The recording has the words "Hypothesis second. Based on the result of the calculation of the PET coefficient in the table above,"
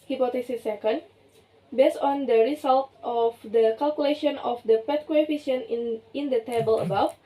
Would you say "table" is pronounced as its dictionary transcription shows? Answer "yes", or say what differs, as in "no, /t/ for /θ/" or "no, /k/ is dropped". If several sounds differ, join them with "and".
yes